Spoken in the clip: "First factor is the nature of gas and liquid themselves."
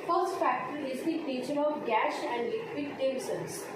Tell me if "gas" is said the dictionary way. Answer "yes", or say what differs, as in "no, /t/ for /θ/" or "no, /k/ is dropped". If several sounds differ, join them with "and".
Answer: no, /ʃ/ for /s/